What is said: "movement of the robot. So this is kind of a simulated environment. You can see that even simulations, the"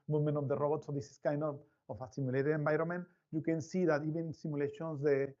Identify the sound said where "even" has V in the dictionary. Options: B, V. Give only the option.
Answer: B